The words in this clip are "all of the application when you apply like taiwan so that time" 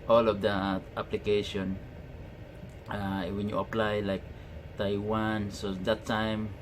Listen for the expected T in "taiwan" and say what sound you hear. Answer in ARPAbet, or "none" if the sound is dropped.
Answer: T